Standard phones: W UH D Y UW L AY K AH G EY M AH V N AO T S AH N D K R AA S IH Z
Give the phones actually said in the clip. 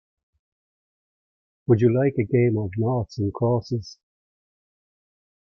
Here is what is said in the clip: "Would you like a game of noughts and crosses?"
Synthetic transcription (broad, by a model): W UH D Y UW L AY K AH G EY M AH V N AO T S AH N K AA S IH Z